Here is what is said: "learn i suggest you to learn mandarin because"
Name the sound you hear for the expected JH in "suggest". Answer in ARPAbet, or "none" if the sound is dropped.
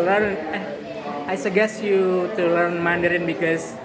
none